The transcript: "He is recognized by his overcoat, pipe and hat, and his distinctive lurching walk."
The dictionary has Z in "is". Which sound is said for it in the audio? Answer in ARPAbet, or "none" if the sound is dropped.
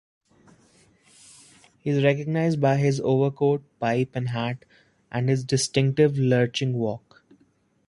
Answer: Z